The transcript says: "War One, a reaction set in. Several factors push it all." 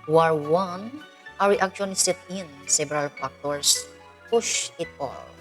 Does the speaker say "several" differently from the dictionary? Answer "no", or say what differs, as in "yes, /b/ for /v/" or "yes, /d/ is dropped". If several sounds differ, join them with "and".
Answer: yes, /b/ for /v/